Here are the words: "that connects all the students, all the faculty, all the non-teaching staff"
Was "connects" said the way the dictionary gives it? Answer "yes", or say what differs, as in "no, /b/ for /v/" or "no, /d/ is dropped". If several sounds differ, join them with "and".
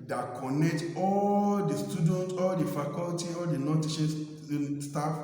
no, /s/ is dropped